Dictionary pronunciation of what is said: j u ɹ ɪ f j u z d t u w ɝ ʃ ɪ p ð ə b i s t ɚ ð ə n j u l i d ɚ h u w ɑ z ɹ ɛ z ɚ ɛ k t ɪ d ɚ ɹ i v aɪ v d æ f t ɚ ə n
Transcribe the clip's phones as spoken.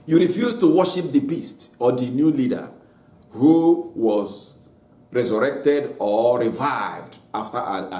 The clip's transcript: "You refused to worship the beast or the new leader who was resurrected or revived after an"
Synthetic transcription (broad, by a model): j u ɹ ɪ f j u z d t u w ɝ ʃ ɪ p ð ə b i s t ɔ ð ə n j u l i d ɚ h u w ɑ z ɹ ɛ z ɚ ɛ k t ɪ d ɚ ɹ i v aɪ v d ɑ f t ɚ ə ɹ